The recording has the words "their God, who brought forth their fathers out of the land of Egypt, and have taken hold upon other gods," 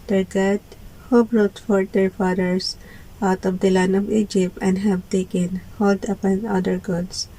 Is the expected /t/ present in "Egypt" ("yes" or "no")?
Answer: yes